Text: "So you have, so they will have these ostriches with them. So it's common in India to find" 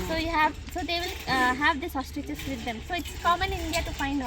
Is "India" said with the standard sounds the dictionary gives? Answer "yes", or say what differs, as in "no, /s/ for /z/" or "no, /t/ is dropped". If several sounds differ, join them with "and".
yes